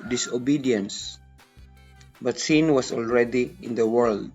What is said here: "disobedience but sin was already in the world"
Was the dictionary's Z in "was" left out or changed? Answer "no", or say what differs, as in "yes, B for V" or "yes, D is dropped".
yes, S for Z